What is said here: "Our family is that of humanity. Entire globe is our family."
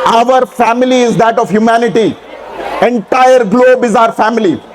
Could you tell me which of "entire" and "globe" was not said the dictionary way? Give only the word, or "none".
none